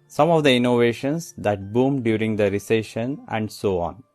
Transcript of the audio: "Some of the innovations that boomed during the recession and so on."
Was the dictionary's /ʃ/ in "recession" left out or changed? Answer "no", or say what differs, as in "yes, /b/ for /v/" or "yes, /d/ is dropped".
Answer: no